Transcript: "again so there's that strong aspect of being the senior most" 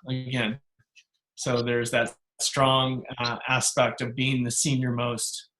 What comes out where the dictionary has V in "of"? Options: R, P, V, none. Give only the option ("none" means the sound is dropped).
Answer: V